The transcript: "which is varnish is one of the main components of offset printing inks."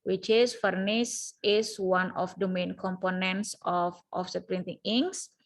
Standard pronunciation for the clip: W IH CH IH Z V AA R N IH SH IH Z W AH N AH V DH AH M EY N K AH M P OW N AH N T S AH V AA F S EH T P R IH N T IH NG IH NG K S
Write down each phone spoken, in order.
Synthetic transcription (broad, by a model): W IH CH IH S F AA R N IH S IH S W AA N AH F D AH M EY N K AH M P OW N AH N T S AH F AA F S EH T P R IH N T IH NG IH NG S